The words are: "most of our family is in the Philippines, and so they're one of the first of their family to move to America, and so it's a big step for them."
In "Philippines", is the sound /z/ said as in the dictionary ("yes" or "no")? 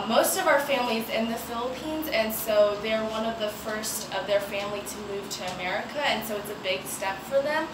yes